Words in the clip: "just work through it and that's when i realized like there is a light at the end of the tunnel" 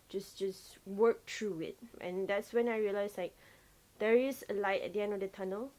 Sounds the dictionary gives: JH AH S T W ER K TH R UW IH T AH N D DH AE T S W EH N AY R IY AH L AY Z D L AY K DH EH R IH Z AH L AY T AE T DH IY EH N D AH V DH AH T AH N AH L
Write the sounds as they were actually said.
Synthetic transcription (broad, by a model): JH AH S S W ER K T R UW IH T AH N D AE T S W EH N AY R IY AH L AY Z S L AY K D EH R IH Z AH L AY T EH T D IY EH N D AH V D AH T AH N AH L